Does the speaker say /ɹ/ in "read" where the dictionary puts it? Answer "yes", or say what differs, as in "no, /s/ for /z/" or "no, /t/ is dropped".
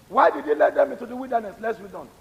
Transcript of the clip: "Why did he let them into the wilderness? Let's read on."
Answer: no, /w/ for /ɹ/